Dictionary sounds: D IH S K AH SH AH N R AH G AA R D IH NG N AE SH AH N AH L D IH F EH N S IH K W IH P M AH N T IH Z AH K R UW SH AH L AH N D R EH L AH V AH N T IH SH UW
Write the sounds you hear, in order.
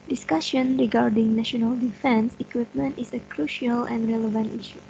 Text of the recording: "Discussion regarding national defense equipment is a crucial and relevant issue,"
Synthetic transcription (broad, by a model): D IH S K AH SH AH N R AH G AA R D IH NG N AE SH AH N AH L D IH F EH N S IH K W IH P M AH N T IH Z AH K R UW SH AH L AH N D R EH L AH V AH N T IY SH UW